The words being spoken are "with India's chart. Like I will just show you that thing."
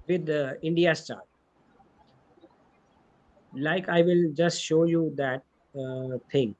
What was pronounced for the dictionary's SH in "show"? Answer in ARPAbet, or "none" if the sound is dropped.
SH